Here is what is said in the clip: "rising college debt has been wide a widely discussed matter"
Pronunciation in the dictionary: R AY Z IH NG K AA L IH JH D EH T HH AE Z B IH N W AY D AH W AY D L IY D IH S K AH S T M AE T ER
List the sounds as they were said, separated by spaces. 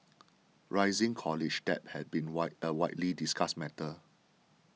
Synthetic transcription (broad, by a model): R AY Z IH NG K AA L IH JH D EH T HH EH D B IH N W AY AH W AY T L IY D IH S K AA S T M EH T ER